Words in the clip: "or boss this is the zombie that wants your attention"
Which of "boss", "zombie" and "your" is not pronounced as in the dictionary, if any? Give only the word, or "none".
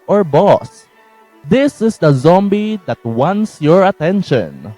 none